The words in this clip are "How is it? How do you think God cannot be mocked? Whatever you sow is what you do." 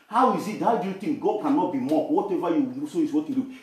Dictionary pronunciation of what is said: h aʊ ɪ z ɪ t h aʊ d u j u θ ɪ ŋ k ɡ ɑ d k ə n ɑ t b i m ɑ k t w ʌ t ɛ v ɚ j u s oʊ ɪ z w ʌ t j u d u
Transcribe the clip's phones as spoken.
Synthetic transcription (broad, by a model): h aʊ ɪ z ɪ t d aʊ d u j u t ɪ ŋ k ɡ ɑ d k ə n ɑ t b i m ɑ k w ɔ t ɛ v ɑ j u s oʊ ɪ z w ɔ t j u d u